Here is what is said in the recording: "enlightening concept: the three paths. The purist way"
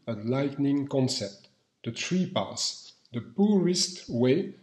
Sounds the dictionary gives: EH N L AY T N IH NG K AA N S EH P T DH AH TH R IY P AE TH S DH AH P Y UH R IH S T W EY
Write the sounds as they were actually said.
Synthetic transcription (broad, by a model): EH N L AY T N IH NG K AA N S EH P T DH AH T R IY P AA S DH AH P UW R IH S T W EY